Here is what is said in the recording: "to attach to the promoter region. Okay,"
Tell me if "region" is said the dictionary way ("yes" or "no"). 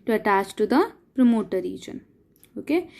yes